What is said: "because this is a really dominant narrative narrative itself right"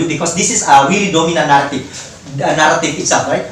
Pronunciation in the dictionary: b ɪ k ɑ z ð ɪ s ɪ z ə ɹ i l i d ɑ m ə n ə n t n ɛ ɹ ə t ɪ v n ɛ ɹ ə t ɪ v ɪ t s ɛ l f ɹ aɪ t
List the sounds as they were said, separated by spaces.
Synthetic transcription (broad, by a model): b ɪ k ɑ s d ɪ s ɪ s ə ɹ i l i d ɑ m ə n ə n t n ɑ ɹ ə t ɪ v n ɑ ɹ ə t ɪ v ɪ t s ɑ f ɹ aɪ t